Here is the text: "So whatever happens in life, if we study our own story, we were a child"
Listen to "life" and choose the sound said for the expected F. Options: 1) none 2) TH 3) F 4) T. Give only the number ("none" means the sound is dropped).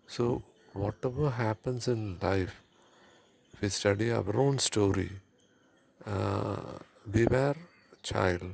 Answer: 1